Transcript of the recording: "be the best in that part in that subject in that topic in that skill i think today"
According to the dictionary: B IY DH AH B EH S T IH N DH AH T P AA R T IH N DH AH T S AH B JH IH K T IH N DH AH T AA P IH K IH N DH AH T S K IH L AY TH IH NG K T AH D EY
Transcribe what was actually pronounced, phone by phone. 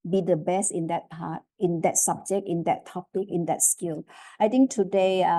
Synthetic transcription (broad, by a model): B IY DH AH B EH S T IH N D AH T P AA T IH N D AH T S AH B JH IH K T IH N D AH T AA P IH K IH N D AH T S K IH L AY T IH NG K T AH D EY